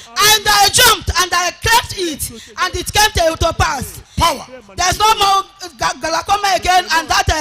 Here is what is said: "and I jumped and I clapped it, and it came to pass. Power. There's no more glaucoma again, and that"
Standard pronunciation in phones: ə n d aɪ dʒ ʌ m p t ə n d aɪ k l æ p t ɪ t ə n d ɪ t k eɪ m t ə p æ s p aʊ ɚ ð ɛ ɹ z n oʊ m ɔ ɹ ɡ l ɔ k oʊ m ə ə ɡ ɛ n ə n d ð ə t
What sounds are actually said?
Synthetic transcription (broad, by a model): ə n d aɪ dʒ ʌ m p t ə n d aɪ k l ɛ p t ɪ t ə n d ɪ t k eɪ m t ə p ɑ s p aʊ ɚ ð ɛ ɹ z n oʊ m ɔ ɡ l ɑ k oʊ m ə ə ɡ ɛ n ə n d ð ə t